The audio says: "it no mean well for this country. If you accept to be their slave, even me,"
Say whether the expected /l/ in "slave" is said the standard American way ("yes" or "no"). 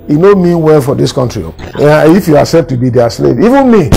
yes